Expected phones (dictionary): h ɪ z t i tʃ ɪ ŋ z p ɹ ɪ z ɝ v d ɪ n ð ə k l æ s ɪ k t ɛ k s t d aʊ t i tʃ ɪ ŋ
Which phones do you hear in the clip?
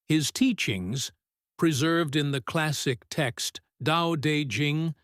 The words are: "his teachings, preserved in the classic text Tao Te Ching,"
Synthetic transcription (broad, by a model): h ɪ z t i tʃ ɪ ŋ z p ɹ ɪ z ɝ v d ɪ n ð ə k l æ s ɪ k t ɛ k s t d aʊ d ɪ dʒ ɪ ŋ